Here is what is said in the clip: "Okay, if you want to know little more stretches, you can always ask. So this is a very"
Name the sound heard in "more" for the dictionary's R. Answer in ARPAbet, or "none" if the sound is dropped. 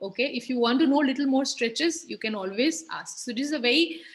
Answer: R